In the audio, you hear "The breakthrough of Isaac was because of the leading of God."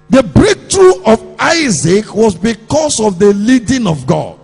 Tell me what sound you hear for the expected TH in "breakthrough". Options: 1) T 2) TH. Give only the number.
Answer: 1